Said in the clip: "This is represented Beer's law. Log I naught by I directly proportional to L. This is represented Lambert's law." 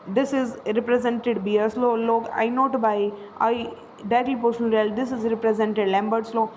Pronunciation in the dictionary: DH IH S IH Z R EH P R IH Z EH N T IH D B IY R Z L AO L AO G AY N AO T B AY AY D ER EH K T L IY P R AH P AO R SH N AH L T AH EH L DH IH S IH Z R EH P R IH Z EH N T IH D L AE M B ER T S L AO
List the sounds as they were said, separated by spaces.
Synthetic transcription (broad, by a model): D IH S IH Z R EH P R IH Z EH N T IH D B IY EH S L AO L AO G AY N AO T B AY AY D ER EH T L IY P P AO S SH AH N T EH L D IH S IH Z R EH P R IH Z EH N T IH D L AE M B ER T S L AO